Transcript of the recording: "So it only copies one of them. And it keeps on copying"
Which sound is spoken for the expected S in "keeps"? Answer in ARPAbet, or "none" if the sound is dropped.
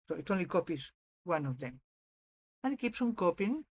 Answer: S